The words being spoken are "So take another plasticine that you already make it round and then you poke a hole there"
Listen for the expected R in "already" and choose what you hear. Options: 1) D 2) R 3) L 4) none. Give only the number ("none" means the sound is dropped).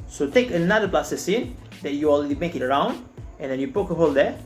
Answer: 3